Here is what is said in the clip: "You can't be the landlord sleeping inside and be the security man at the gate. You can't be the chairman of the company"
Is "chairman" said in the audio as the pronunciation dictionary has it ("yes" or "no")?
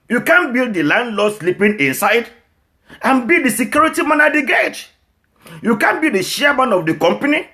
no